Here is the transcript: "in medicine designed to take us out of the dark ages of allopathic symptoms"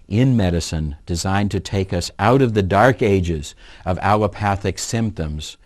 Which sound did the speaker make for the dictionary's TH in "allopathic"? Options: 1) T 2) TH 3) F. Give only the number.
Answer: 2